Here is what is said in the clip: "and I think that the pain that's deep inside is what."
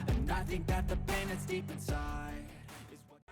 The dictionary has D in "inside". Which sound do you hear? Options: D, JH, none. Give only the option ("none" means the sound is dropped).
none